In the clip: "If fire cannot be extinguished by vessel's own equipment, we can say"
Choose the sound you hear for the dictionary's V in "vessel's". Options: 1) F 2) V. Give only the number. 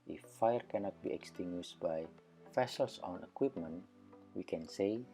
1